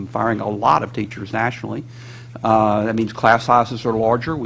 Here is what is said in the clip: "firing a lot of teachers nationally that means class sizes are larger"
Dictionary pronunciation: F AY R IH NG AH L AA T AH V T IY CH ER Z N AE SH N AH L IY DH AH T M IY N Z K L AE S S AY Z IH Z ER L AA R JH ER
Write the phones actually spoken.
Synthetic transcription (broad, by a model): F AY R IH NG AH L AA T AH V T IY CH ER Z N AE SH N L IY DH AH T M IY N Z K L AE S S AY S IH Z ER L AA R JH ER